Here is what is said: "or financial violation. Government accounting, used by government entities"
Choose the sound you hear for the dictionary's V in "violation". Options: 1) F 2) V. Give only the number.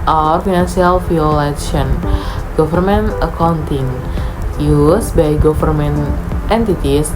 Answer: 1